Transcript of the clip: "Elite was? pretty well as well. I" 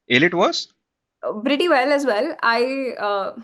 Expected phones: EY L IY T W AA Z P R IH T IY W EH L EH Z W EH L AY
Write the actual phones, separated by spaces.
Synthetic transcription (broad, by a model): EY L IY T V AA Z B R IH T IY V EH L EH Z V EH L AY